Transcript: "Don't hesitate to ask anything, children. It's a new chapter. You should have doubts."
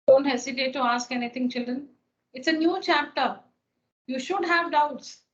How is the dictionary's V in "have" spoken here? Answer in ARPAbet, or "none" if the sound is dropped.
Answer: V